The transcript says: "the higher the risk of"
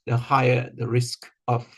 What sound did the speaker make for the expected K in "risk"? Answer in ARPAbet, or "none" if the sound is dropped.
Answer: K